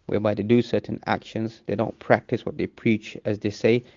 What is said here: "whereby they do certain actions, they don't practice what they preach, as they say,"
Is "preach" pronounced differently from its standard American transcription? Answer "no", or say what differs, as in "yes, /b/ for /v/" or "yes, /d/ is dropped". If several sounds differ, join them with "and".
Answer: no